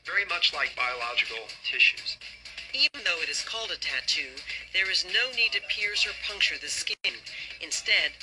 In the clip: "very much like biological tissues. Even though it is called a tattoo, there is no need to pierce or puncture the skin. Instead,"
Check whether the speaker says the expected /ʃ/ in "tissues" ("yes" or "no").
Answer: yes